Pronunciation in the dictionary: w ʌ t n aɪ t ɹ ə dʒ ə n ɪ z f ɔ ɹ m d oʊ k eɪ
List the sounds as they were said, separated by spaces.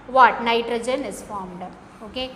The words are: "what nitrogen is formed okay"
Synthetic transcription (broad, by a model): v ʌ t n aɪ t ɹ ə dʒ ə n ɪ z f ɔ ɹ m d oʊ k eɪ